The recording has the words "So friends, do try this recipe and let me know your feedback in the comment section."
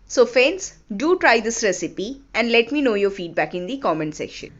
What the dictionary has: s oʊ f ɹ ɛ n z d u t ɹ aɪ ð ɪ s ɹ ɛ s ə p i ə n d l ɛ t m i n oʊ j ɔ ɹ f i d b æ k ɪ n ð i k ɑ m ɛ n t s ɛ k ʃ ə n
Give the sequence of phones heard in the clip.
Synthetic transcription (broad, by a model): s oʊ f ɛ n s d u t ɹ aɪ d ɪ s ɹ ɛ s ə p i ə n d l ɛ t m i n oʊ j ɔ ɹ f i d b æ k ɪ n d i k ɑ m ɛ n s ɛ k ʃ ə n